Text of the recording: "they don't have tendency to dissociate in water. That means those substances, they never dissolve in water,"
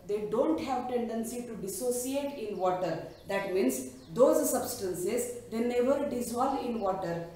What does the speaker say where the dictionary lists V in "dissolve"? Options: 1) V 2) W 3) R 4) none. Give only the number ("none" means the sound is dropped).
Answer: 4